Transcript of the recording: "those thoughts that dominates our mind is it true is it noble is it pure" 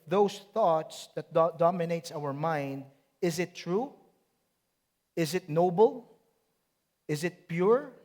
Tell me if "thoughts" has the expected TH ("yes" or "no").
yes